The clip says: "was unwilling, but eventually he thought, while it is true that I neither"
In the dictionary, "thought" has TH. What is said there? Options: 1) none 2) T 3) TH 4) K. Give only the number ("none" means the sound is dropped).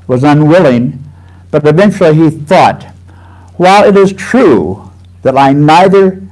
3